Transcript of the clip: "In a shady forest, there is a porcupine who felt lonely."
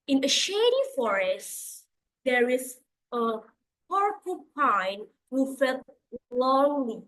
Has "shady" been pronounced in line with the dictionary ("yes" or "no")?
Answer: yes